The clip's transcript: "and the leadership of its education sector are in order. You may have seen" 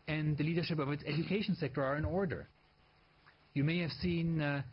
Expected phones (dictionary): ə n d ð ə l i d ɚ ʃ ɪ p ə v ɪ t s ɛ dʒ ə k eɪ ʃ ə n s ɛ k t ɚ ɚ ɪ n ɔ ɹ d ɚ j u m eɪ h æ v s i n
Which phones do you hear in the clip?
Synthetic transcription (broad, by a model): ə n ð ə l i d ɚ ʃ ɪ p ə v ɪ t s ɛ dʒ ə k eɪ ʃ ə n s ɛ k t ɚ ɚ ɪ n ɔ ɹ d ɚ j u m eɪ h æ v s i n